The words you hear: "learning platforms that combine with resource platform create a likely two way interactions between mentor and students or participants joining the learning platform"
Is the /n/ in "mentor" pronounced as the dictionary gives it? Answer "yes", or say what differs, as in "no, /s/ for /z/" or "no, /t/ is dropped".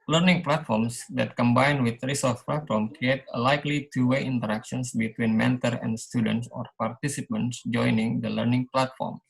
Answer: yes